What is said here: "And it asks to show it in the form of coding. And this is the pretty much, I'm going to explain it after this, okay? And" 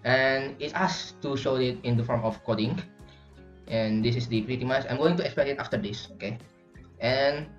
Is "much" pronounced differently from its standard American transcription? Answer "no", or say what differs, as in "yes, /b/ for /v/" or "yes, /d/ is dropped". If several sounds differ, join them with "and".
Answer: yes, /s/ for /tʃ/